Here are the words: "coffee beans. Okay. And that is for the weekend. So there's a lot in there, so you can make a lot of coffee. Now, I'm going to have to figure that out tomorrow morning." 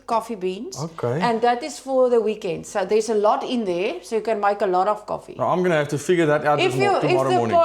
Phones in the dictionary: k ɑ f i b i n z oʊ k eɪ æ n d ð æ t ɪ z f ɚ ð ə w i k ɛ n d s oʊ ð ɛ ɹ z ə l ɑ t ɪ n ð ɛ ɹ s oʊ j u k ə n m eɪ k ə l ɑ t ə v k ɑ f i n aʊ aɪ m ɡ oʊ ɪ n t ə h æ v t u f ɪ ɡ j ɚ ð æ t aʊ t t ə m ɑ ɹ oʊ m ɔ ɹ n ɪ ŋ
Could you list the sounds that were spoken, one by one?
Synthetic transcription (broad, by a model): k ɑ f i b i n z oʊ k eɪ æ n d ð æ t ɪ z f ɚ ð ə w i k ɛ n d s oʊ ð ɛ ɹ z ə l ɑ t ɪ n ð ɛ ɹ s oʊ j u k ə n m eɪ k ə l ɑ t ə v k ɑ f i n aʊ aɪ m ɡ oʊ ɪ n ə h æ f t u f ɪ ɡ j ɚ ð æ t aʊ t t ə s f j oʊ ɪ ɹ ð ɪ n